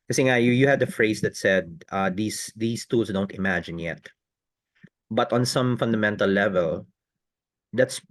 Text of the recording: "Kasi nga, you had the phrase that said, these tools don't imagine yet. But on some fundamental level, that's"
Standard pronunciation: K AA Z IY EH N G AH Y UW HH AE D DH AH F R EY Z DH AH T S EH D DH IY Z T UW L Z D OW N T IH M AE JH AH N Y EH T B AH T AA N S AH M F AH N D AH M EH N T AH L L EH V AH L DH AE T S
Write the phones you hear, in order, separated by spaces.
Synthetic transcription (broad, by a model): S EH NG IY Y Y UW HH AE D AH F R EY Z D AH T S EH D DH IY S T UW L S D OW N T IH M AE JH AH N Y EH T B AH T AA N S AH M F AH N D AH M EH N T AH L L EH V AH L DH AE T S